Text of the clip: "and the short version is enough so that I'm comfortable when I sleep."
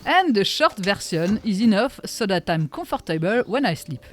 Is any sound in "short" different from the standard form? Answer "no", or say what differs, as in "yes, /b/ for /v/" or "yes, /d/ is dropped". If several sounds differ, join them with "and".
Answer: no